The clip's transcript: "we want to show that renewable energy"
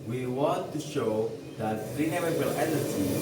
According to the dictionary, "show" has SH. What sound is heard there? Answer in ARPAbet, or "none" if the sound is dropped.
SH